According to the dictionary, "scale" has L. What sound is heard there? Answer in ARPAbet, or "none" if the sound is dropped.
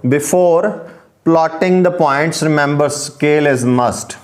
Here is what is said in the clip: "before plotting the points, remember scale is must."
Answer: L